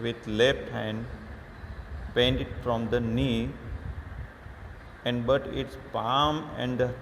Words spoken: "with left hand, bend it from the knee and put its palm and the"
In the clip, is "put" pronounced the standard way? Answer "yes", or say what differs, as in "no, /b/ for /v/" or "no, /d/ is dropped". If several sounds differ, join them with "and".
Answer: no, /b/ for /p/